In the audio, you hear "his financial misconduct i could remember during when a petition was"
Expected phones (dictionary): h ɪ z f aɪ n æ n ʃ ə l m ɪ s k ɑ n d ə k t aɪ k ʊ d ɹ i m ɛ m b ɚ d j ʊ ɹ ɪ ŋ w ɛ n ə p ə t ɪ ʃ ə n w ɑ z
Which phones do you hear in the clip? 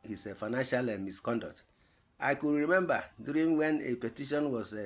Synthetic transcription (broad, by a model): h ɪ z f aɪ n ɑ n ʃ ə l m ɪ s k ɑ n d ə k t aɪ k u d ɹ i m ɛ m b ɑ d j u ɹ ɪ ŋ w ɛ n ə p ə t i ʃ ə n w ɑ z